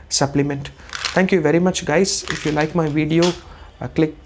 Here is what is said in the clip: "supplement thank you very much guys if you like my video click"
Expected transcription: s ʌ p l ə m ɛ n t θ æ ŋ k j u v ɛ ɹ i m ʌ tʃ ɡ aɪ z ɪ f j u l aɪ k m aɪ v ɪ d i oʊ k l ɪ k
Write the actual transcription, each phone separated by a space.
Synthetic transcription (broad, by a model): s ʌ p l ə m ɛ n t t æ ŋ k j u v ɛ ɹ i m ʌ tʃ ɡ aɪ z ɪ f j u l aɪ k m aɪ v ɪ d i oʊ k l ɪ k